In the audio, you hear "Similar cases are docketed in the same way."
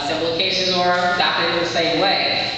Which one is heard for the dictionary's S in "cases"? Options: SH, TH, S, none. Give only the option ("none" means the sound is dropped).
SH